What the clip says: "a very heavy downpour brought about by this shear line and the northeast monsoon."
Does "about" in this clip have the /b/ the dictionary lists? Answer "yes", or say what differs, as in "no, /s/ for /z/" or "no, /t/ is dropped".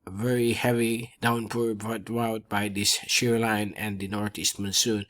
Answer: no, /b/ is dropped